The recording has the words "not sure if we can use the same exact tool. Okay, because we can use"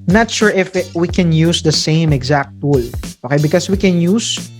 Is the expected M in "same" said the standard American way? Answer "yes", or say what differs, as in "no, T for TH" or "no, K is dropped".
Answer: yes